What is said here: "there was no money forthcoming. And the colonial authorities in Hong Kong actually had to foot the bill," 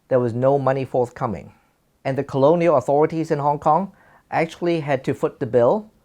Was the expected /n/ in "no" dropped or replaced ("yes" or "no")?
no